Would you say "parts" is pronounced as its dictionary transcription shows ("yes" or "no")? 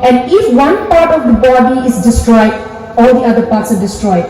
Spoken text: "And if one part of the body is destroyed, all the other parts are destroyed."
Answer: yes